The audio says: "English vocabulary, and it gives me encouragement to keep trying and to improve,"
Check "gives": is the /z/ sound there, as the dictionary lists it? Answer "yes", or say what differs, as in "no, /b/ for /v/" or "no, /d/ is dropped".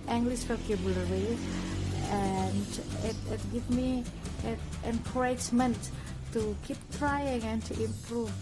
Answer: no, /z/ is dropped